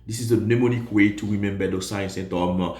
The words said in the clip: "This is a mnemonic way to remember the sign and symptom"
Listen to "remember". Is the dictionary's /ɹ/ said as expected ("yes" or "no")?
no